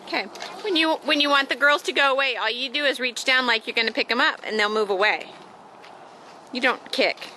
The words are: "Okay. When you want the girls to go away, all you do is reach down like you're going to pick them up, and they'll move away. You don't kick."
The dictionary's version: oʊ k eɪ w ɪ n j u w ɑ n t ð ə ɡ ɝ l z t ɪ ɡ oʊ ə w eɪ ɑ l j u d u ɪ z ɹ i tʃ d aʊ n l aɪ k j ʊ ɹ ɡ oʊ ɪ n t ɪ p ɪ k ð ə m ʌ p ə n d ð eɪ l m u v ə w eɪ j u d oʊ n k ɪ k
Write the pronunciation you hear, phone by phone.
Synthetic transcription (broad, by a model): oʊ k eɪ w ɪ n j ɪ w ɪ n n ð ə ɡ ɝ l z t ɪ ɡ oʊ ə w eɪ ɑ l j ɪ d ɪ ɪ z ɹ i tʃ d aʊ n l aɪ k j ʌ ɹ ɡ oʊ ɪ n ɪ p ɪ k ð ə m ʌ p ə n ð eɪ l m u v ə w eɪ j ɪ d oʊ n k ɪ k